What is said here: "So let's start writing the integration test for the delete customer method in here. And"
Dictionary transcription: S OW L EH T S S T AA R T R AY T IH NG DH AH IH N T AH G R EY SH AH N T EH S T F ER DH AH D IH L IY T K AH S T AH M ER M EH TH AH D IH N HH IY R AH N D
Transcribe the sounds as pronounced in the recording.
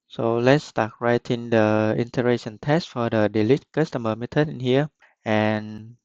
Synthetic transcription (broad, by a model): S OW L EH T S S T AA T R AY T IH NG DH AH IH N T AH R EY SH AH N T EH S T F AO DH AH D IH L IY T K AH S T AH M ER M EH T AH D IH N HH IY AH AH N